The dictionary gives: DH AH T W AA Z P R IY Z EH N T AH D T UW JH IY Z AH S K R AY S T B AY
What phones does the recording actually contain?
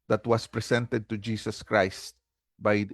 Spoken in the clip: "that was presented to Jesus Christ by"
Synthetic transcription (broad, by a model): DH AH T W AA S P R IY S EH N T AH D T UW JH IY S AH S K R AY S T B AY